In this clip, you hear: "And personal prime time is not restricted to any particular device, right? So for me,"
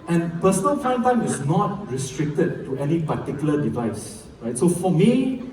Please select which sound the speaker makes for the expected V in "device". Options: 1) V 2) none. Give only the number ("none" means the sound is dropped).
1